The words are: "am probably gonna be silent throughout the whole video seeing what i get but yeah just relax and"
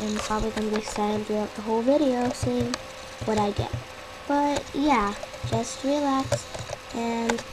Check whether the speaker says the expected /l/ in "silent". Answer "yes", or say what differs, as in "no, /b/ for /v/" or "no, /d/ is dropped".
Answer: no, /l/ is dropped